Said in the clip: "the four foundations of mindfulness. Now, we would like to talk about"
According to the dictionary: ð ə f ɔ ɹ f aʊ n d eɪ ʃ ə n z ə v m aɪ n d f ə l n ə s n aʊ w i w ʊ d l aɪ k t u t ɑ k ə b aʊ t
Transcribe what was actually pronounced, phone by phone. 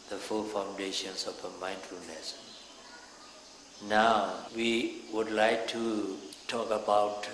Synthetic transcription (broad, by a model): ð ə f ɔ l f aʊ n d eɪ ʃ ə n s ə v m aɪ n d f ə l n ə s n aʊ w i w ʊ d l aɪ k t u t ɑ k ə b aʊ t